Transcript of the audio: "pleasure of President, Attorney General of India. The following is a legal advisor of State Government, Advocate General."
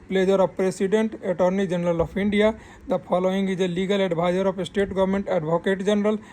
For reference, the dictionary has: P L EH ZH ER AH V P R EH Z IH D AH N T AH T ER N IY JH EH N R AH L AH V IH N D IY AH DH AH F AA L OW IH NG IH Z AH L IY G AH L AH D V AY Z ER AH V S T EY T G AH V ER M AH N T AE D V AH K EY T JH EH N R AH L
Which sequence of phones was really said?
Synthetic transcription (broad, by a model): P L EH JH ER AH P R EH S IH D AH N T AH T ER N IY JH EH N R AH L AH P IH N D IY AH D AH P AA L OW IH NG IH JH AH L IY G AH L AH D B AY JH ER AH P S T EY T G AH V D M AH N T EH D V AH K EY T JH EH N R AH L